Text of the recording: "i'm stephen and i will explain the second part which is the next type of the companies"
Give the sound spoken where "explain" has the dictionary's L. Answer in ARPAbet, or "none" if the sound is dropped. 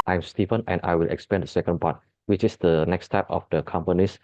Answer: none